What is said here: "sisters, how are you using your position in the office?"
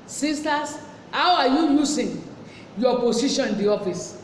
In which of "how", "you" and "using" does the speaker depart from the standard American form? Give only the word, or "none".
using